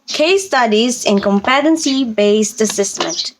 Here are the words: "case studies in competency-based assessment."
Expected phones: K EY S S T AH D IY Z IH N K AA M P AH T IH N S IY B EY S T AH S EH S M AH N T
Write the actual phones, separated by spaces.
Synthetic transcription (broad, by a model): K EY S S T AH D IY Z IH N K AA M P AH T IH N S IY B EY S T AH S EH S M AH N T